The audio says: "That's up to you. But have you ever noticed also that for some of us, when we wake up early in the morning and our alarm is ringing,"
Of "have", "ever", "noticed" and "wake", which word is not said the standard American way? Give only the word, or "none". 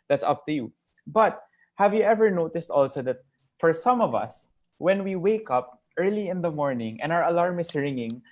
none